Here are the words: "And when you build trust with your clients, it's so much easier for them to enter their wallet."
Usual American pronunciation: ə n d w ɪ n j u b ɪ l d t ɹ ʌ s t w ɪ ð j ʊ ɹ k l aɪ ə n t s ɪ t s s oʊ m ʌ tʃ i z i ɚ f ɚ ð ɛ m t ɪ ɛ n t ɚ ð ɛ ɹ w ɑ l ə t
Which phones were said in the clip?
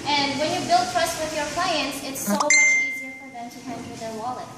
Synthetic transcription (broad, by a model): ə n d w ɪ n j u b ɪ l d t ɹ ʌ s t w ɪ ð j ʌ ɹ k l aɪ ə n t s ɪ t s s oʊ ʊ i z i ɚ f ɚ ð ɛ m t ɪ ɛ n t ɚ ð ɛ ɹ w ɑ l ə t